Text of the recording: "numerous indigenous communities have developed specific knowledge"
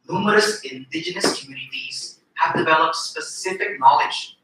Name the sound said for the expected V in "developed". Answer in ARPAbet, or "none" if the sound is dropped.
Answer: V